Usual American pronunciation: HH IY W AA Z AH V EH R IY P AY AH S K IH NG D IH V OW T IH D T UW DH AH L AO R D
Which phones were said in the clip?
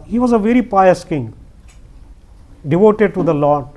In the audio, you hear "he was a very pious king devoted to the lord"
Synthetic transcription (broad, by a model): HH IY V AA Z AH V EH R IY P AY AH S K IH NG D IH V OW T IH D T UW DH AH L AO